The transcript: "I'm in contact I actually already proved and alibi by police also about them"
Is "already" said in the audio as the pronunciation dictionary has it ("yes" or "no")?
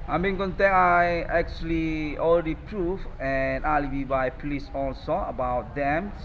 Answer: no